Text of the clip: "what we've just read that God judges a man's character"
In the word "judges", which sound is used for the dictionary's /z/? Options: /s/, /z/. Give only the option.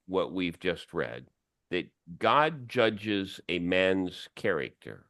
/z/